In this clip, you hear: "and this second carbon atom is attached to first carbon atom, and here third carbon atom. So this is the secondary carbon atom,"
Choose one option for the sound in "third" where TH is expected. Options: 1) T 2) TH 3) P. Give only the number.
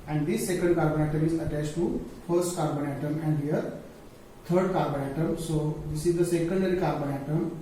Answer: 1